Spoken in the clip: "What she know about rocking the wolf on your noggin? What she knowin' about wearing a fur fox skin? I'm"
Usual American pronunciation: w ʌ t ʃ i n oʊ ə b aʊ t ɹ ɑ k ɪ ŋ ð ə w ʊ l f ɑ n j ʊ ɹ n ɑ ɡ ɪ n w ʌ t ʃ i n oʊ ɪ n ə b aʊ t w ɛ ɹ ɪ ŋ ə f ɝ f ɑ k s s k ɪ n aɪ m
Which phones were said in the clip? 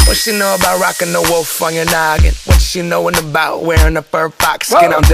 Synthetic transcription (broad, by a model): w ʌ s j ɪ n oʊ ə b aʊ t ɹ ɑ k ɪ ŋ ð ə w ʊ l f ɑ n j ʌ ɹ n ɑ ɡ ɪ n w ʌ t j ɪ n oʊ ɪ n ə b aʊ t w ɛ ɹ ɪ ŋ ə p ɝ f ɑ k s s k ɪ n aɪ